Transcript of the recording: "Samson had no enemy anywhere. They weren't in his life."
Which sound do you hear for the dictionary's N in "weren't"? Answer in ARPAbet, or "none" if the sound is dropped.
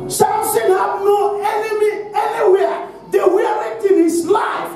none